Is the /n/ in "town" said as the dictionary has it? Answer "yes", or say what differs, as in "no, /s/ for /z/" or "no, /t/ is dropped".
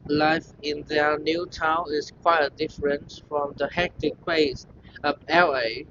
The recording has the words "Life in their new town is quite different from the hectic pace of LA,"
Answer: yes